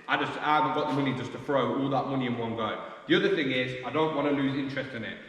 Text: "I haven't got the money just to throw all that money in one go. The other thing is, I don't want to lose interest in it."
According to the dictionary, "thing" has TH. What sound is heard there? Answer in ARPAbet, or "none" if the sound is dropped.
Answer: TH